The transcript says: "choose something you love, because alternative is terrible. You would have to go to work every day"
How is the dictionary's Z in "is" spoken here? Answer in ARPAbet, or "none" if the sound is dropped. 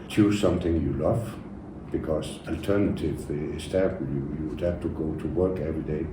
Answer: S